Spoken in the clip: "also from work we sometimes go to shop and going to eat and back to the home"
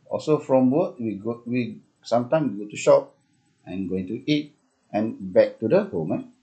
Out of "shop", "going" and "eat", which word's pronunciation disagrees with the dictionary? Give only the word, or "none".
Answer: none